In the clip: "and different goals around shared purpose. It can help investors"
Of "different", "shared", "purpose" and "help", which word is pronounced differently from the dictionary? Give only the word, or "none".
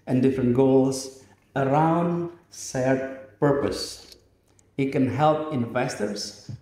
shared